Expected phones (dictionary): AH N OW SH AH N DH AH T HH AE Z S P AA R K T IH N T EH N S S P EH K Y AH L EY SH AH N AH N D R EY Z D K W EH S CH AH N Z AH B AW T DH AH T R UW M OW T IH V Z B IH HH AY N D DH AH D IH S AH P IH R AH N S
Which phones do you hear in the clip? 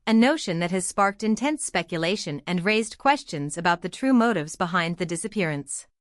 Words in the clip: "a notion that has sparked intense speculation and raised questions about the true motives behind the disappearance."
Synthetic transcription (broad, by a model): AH N OW SH AH N DH AH T HH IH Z S P AA R K T IH N T EH N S S P EH K Y AH L EY SH AH N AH N R EY Z D K W EH S CH AH N Z AH B AW T DH AH T R UW M OW T IH V Z B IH HH AY N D DH AH D IH S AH P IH R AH N S